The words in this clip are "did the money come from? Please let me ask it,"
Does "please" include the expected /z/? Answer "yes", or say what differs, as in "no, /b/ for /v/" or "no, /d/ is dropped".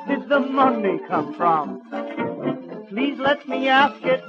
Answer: yes